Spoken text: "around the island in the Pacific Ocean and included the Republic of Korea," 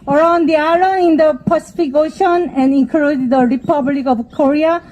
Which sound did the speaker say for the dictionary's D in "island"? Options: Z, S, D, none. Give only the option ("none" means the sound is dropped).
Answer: none